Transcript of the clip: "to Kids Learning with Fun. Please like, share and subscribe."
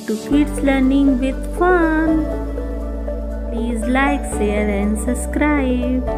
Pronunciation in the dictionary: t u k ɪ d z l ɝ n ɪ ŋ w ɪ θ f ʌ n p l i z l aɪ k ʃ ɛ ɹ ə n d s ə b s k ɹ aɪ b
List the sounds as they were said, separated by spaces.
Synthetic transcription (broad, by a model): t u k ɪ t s l ɝ n ɪ ŋ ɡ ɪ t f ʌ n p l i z l aɪ k s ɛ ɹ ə n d s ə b s k ɹ aɪ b